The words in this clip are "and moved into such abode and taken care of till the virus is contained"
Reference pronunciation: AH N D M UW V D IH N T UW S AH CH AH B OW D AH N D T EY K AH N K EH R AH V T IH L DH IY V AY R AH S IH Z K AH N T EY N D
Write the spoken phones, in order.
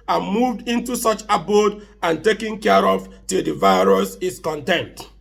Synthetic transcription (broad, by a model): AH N M UW V D IH N T UW S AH CH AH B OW D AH N T EY K AH N K EH R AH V T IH L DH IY V AY R AH S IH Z K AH N T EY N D